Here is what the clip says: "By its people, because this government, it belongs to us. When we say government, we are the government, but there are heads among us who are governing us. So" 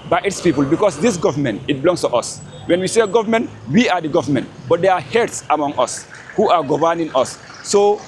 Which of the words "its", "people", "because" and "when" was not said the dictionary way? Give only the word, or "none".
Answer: because